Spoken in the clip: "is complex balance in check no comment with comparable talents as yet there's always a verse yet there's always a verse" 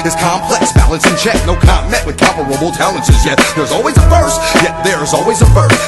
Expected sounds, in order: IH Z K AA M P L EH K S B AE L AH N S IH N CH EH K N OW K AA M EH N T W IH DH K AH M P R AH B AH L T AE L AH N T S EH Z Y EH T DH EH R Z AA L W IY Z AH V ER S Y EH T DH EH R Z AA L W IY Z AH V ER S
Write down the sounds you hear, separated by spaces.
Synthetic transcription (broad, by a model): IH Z K AA M P L EH K S B AE L AH N S IH N CH EH K N OW K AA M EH T W IH DH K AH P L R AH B L T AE L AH N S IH Z Y EH T DH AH R Z AA L W IY Z AH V ER S Y EH T DH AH R Z AA L W IY Z AH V ER S